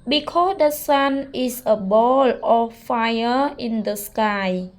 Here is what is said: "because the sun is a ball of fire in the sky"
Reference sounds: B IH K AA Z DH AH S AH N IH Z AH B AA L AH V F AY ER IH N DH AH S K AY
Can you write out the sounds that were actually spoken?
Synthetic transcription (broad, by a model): B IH K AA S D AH S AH N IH S AH B AA L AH F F AY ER IH N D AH S K AY